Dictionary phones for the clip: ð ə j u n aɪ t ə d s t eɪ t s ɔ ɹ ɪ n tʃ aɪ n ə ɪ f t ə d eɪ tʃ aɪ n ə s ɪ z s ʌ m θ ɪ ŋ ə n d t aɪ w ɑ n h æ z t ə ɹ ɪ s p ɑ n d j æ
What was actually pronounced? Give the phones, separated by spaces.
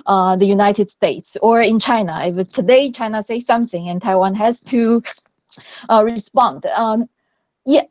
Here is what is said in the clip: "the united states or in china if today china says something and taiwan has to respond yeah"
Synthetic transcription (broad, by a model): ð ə j u n aɪ t ə d s t eɪ t s ɔ ɹ ɪ n tʃ aɪ n ə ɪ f t ə d eɪ tʃ aɪ n ə s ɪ s ʌ m θ ɪ ŋ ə n t aɪ w ɑ n h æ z t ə ɹ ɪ s p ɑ n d j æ